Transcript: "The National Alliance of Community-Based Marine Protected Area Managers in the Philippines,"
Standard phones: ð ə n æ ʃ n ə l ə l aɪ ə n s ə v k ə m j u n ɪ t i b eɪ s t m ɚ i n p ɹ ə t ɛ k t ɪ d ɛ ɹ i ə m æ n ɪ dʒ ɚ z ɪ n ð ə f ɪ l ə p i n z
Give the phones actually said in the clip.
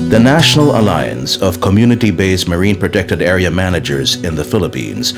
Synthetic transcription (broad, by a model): ð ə n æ ʃ n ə l ə l aɪ ə n s ə v k ə m j u n ɪ t i b eɪ s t m ɚ i n p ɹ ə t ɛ k t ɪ d ɛ ɹ i ə m æ n ɪ dʒ ɚ z ɪ n ð ə f ɪ l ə p i n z